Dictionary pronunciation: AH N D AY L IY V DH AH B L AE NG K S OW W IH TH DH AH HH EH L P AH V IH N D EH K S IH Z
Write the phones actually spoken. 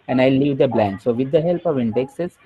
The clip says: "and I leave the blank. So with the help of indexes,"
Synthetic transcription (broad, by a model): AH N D AY L IY V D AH B L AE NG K S OW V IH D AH HH EH L P AH V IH N D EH K S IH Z